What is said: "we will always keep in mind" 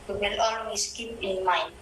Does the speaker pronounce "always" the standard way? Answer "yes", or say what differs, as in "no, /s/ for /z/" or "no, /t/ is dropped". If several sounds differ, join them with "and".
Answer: no, /s/ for /z/